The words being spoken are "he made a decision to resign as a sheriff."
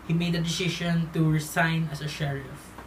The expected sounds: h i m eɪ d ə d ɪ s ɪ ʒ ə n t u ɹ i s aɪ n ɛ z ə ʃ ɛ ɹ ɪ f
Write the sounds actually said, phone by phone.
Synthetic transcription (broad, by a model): h i m eɪ d ə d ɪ s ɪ ʃ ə n t u ɹ i s aɪ n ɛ s ə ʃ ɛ ɹ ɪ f